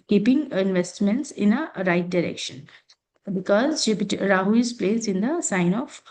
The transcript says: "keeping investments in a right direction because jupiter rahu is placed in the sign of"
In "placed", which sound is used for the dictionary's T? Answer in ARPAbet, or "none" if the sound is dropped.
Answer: none